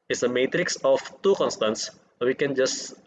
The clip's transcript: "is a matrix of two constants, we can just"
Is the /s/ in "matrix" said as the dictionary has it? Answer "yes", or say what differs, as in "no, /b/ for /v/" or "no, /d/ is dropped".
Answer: yes